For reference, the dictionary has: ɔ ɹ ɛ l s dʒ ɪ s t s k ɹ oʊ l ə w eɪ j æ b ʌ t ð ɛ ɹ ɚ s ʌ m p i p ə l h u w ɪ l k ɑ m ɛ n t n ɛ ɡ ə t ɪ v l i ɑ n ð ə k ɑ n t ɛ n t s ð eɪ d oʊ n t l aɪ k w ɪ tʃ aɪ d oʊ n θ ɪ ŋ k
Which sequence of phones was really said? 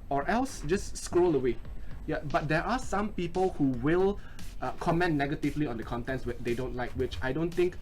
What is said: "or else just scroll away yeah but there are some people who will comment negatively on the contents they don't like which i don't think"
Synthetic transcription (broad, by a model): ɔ ɹ ɛ l s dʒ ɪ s s k ɹ oʊ l ə w eɪ j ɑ b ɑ t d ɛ ɹ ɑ s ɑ m p i p ə l h u w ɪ l k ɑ m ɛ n n ɛ ɡ ə t ɪ v l i ɑ n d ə k ɑ n t ɛ n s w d eɪ d oʊ n t l aɪ k w ɪ tʃ aɪ d oʊ n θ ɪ ŋ k